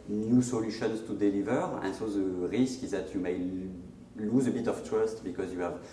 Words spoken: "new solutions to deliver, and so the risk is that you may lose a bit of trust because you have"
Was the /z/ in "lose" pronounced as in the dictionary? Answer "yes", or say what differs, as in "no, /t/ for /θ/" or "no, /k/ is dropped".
yes